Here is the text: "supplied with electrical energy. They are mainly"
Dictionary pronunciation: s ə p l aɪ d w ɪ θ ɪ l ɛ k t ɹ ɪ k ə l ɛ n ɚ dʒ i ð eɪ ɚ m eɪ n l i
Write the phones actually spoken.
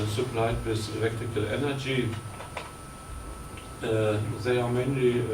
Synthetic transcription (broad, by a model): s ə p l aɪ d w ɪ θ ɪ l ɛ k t ɪ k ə l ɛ n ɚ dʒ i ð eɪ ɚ m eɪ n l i